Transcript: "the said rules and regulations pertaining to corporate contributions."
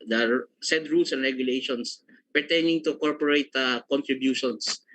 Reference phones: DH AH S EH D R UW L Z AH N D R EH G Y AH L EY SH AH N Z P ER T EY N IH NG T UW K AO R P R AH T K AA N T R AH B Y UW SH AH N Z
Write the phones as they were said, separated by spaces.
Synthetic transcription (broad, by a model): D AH S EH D R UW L S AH N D R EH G Y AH L EY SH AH N S P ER T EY N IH NG T UW K AO R P R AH T K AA N T R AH B Y UW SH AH N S